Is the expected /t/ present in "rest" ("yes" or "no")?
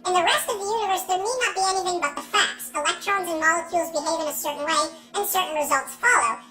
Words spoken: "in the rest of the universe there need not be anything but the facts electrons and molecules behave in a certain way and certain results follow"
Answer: yes